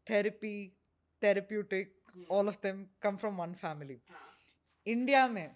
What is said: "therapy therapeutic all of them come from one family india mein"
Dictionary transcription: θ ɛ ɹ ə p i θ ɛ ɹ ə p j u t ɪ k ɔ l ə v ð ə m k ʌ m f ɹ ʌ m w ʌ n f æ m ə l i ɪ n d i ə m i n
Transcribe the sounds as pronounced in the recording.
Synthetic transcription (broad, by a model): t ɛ ɹ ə p i t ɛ ɹ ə p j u t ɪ k ɔ l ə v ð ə m k ʌ m f ɹ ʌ m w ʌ n f æ m ə l i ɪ n d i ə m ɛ